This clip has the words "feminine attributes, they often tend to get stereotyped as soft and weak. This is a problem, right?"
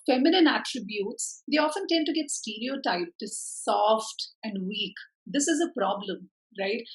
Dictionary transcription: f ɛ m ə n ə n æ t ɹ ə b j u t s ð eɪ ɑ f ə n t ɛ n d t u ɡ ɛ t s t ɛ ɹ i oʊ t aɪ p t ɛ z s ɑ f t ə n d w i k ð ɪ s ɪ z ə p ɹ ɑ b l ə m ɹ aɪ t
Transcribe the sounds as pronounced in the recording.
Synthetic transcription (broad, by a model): f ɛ m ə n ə n æ t ɹ ə b j u t s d eɪ ɑ f ə n t ɛ n d t u ɡ ɛ t s t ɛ ɹ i oʊ t aɪ p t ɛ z s ɑ f t ə n d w i k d ɪ s ɪ z ə p ɹ ɑ b l ə m ɹ aɪ t